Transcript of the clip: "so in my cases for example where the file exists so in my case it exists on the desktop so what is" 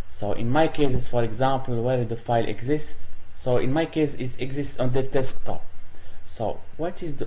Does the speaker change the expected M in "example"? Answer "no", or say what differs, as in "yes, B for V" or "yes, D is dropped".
no